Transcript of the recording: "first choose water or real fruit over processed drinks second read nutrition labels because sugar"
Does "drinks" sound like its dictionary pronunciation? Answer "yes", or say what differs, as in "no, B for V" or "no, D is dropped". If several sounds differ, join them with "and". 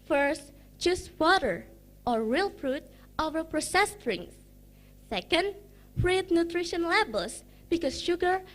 no, K is dropped